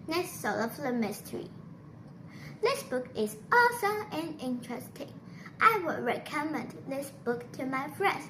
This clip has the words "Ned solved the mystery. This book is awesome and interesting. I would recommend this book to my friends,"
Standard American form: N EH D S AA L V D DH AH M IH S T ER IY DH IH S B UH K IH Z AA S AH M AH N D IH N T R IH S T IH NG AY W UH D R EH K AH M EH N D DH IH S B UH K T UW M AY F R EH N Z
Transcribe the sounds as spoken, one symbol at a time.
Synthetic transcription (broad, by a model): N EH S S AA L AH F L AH M IH S T ER IY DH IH S B UH K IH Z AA S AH AH N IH N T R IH S T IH NG AY W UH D R EH K AH M EH N D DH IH S B UH K T UW M AY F R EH N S